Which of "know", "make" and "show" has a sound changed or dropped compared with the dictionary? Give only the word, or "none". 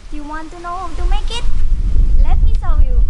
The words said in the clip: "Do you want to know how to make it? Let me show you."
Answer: show